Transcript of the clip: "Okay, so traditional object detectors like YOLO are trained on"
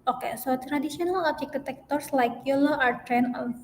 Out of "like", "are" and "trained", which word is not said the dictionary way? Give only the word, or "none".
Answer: trained